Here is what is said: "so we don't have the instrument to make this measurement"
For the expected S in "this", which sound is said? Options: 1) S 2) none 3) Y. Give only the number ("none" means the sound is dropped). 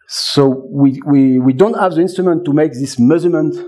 1